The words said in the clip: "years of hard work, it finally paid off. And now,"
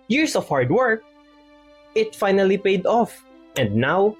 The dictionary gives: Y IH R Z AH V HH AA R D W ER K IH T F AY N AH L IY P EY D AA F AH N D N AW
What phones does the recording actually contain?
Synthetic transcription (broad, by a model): Y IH R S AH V HH AA R D W ER K IH T F AY N AH L IY P EY D AA F AH N D N AW